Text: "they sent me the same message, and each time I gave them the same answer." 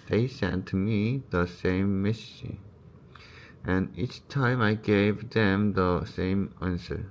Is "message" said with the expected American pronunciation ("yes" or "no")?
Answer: no